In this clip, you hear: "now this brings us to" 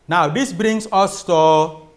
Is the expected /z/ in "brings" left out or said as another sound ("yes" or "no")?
yes